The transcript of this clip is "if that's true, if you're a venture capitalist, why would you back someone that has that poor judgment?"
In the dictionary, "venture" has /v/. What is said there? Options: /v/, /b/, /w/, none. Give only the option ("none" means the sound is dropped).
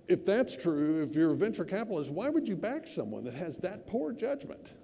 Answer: /v/